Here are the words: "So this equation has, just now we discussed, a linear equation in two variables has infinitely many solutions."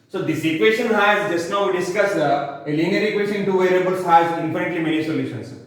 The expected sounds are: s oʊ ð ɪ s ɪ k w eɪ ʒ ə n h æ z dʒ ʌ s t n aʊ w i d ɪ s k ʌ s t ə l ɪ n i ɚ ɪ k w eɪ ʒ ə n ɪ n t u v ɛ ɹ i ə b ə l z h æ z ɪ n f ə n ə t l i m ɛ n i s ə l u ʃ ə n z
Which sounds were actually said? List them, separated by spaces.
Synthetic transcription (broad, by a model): s oʊ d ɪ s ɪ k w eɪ ʃ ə n h æ z dʒ ʌ s t n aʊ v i d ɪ s k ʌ s ə l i n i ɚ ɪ k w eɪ ʃ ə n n t u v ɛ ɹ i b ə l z h æ z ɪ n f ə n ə t l i m ɛ n i s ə l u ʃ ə n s